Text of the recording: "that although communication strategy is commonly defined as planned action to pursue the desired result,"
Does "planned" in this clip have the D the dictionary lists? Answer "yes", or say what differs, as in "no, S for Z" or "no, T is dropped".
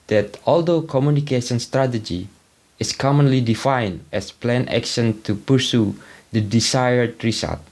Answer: no, D is dropped